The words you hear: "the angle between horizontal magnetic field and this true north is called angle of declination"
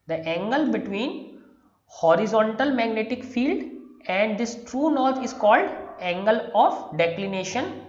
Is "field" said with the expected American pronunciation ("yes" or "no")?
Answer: yes